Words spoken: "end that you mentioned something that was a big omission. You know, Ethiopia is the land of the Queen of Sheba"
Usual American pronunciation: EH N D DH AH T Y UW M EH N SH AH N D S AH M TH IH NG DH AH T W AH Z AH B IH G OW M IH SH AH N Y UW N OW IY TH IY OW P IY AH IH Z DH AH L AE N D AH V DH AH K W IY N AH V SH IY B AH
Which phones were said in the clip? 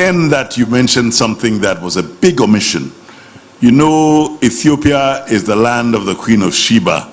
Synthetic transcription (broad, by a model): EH N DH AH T Y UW M EH N SH AH N D S AH M TH IH NG DH AH T W AH Z AH B IH G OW M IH SH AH N Y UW N OW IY TH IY OW P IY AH IH Z DH AH L AE N D AH V DH AH K W IY N AH V SH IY B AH